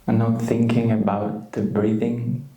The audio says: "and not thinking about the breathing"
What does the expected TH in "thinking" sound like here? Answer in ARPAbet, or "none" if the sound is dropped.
TH